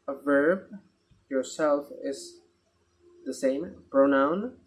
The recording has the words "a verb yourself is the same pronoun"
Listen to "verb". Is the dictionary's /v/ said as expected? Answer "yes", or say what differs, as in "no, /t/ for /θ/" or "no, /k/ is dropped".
yes